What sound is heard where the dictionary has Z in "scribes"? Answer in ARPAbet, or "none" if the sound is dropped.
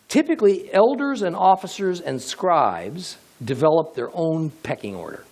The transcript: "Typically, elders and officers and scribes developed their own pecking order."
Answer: Z